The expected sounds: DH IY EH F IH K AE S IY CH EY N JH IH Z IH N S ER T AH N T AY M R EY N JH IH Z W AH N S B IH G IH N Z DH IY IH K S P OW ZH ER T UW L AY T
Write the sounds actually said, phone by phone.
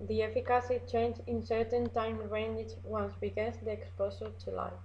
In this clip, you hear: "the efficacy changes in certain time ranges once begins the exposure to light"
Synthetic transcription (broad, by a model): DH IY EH F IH K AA S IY CH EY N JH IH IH N S ER T AH N T AY M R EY N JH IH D W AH N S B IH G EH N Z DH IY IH K S P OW S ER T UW L AY